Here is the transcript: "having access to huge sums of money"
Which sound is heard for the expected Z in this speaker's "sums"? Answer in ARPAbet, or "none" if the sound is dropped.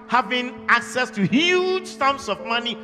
S